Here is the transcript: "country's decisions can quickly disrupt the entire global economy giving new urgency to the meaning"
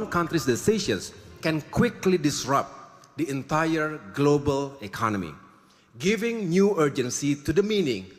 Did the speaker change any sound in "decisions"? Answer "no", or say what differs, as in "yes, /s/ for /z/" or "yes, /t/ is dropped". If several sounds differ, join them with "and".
yes, /ʃ/ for /ʒ/ and /s/ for /z/